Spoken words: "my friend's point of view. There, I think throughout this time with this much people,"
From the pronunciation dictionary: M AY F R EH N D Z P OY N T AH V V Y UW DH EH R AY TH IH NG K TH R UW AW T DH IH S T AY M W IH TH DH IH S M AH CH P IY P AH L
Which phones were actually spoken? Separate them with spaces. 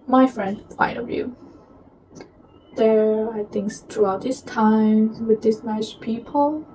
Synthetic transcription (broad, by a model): M AY F R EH N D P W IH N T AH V V Y UW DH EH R AY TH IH NG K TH R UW AW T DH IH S T AY M W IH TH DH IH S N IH S P IY P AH L